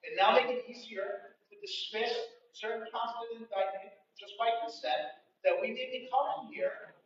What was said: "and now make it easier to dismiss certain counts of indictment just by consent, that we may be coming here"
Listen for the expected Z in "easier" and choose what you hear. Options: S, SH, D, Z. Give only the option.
Z